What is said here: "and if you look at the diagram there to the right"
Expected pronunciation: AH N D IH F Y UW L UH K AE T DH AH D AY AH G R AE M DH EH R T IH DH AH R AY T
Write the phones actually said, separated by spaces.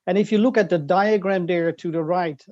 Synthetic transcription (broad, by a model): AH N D IH F Y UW L UH K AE T DH AH D AY AH G R AE M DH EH R T IH DH AH R AY T